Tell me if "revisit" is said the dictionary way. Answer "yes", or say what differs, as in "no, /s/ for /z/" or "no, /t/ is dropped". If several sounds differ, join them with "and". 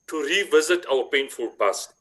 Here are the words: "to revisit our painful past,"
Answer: yes